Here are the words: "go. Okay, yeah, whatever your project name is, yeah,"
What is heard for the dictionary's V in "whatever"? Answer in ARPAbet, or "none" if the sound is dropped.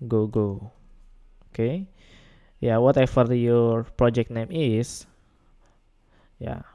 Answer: F